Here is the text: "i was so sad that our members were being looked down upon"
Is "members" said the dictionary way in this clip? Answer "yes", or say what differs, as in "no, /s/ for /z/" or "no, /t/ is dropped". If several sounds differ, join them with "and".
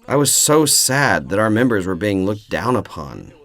yes